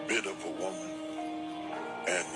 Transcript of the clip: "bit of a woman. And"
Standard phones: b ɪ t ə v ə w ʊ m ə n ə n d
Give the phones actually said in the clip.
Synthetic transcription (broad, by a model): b ɪ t ə v ə w ʊ m ə n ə n